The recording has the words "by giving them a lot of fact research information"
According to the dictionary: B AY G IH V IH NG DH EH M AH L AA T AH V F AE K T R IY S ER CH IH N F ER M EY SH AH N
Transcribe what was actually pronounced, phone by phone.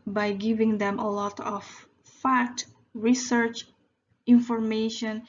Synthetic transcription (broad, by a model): B AY G IH V IH NG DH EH M AH L AA T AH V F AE T R IY S ER CH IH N F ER M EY SH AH N